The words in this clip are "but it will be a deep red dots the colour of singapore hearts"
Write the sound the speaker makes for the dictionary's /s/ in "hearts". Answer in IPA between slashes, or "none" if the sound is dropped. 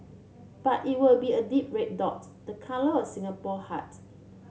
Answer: none